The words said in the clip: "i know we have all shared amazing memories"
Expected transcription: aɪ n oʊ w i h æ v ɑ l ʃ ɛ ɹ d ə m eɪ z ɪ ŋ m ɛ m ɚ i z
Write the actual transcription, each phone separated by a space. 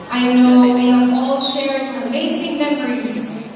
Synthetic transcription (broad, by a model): aɪ n oʊ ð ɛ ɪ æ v ɑ l ʃ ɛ ɹ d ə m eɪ s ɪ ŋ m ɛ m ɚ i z